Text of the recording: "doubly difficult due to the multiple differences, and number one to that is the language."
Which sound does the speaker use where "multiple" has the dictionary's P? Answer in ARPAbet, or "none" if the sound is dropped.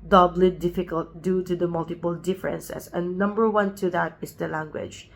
P